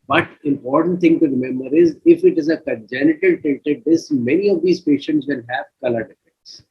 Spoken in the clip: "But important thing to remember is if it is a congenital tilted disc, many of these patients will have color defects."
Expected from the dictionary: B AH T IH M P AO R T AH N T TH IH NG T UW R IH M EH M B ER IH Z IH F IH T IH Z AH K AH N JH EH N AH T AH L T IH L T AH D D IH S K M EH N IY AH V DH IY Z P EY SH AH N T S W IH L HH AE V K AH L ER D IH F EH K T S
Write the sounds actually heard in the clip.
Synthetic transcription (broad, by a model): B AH T IH M P AO R T AH N T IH NG T UW R IH M EH M B ER IH Z IH F IH T IH Z AH K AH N JH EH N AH T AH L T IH T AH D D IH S M EH N IY AH V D IY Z P EY SH AH N T S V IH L HH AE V K AH L ER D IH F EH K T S